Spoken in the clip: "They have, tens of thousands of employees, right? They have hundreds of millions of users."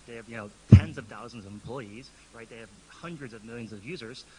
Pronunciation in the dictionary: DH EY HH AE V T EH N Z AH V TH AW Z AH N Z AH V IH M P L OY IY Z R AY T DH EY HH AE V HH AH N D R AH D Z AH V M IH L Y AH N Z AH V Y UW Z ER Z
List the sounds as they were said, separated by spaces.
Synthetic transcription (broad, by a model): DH EY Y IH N T EH N Z AH V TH AW Z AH N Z AH V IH M P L OY IY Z R AY T DH EY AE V HH AH N D R AH D Z AH V M IH L Y AH N Z AH V Y UW Z ER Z